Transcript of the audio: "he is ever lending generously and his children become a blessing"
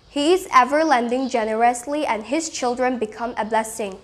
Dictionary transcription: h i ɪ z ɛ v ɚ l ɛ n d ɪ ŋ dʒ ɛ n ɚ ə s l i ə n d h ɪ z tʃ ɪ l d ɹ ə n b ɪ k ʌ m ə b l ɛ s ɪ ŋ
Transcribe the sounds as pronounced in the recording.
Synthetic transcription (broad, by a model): h i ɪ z ɛ v ɚ l ɛ n d ɪ ŋ dʒ ɛ n ɚ ə s l i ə n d h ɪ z tʃ ɪ l d ɹ ə n b ɪ k ʌ m ə b l ɛ s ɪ ŋ